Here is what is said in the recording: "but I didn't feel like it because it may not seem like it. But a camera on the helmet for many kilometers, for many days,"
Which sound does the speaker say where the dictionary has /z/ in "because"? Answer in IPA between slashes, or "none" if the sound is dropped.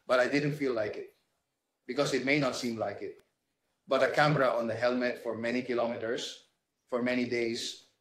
/s/